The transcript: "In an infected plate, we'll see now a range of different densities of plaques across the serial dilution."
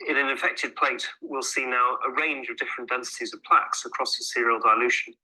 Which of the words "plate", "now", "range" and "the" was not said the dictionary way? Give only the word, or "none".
none